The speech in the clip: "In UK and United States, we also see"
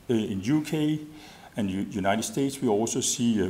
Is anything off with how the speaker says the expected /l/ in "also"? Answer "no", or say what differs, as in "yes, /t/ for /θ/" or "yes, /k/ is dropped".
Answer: no